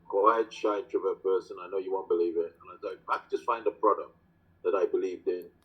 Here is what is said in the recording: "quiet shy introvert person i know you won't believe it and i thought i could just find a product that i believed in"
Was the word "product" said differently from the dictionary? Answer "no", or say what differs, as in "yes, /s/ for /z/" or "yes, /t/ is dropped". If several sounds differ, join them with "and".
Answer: no